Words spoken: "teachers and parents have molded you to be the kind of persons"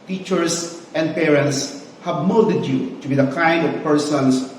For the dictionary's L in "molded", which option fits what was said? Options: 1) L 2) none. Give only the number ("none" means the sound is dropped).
2